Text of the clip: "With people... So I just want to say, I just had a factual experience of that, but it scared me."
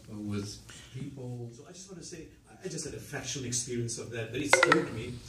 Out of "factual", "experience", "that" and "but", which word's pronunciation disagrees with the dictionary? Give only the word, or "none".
factual